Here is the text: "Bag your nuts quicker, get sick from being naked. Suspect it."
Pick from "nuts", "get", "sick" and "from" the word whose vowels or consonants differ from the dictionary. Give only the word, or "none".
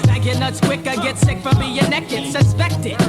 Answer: none